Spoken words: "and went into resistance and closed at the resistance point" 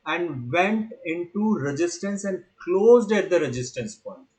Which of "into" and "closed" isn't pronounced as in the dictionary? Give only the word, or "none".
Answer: none